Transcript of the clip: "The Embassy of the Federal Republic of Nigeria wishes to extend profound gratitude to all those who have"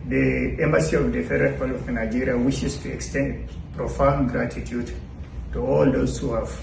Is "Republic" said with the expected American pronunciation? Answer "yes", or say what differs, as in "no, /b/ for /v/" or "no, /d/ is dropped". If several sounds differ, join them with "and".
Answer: no, /k/ is dropped